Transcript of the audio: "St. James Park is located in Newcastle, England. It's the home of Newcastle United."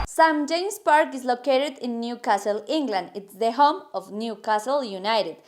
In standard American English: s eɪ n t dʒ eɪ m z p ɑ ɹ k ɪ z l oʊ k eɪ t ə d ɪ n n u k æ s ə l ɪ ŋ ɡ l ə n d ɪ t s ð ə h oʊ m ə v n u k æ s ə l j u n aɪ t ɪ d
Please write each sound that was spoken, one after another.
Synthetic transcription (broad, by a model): s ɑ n dʒ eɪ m s p ɑ ɹ k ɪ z l oʊ k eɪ t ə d ɪ n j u k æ s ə l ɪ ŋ ɡ l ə n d ɪ t s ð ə h oʊ m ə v n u k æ s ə l j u n aɪ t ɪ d